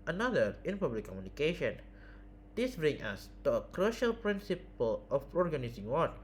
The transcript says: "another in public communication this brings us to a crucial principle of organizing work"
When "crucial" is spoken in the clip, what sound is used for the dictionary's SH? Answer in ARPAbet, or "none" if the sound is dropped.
SH